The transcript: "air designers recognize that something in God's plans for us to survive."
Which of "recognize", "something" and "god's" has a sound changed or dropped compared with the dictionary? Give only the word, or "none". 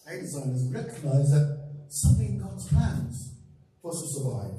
none